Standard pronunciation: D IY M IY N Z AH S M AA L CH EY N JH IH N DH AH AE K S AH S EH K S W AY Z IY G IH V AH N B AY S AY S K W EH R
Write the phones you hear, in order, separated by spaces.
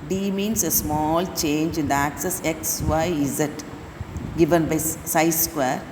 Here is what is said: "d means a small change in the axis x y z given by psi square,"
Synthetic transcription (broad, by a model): D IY M IY N S AH S M AA L CH EY N JH IH N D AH AE K S AH S EH K S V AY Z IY G IH V AH N B AY S AY S K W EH R